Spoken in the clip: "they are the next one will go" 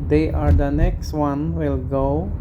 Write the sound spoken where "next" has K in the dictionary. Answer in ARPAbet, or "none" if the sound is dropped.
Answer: K